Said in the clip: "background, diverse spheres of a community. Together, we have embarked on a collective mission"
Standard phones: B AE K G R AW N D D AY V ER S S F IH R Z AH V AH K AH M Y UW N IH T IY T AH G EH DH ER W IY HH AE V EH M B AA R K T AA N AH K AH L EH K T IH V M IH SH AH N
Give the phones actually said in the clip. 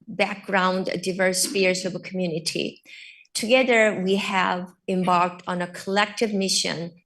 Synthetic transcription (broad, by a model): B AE K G R AW N D D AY V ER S S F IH R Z AH V AH K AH M Y UW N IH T IY T AH G EH DH ER W IY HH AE V EH M B AA R K T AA N AH K AH L EH K T IH V M IH SH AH N